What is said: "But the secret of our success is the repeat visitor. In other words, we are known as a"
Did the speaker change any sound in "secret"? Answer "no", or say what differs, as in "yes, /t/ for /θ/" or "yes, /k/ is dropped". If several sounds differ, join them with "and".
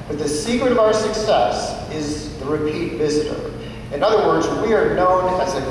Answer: no